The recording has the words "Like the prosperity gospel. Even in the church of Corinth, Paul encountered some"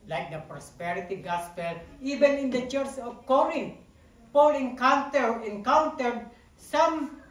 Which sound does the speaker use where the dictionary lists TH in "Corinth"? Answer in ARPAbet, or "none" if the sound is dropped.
T